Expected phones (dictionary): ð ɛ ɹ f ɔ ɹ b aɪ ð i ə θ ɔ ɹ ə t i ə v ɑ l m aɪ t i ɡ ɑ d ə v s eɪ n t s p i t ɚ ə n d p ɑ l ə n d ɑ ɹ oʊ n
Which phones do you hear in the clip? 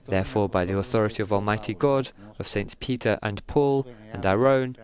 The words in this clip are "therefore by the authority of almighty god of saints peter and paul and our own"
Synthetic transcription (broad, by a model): ð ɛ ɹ f ɔ ɹ b aɪ ð i ə θ ɔ ɹ ə t i ə v ɑ l m aɪ t i ɡ ɑ d ə v s eɪ n t p i t ɚ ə n p ɑ l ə n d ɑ ɹ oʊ n